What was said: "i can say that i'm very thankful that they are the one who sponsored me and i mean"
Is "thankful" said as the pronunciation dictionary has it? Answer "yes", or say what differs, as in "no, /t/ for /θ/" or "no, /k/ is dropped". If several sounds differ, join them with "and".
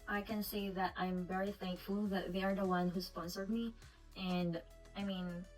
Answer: yes